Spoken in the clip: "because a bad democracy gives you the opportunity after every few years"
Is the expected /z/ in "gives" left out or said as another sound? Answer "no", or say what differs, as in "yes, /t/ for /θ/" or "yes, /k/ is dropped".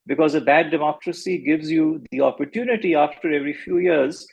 no